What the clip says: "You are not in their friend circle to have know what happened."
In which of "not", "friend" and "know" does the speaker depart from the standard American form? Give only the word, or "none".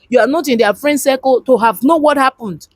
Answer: none